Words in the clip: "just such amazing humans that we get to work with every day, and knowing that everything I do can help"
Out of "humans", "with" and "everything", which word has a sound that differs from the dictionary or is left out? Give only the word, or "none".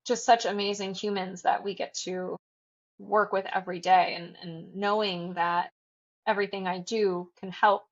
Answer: none